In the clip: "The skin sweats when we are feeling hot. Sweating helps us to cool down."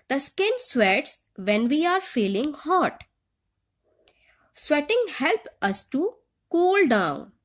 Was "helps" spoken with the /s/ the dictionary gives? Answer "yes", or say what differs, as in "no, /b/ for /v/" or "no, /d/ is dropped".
no, /s/ is dropped